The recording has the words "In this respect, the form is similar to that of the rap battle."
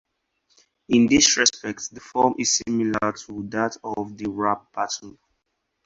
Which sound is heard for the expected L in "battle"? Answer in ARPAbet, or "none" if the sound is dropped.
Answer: N